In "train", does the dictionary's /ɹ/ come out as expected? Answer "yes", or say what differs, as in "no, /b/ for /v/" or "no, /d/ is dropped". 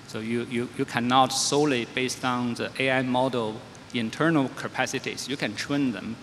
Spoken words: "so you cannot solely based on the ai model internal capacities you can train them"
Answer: no, /w/ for /ɹ/